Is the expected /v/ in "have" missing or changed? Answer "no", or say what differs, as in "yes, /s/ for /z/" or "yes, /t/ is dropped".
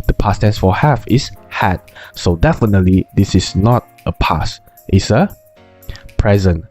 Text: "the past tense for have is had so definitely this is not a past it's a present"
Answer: yes, /f/ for /v/